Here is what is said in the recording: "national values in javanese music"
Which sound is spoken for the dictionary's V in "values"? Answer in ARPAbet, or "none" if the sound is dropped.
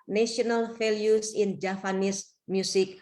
F